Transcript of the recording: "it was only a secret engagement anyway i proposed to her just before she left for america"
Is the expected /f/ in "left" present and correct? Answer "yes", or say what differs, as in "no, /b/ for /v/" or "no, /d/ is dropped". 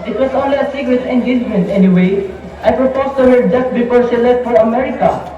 no, /f/ is dropped